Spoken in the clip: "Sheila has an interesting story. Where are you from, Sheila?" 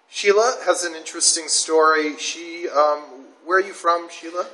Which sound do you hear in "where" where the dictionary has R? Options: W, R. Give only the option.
W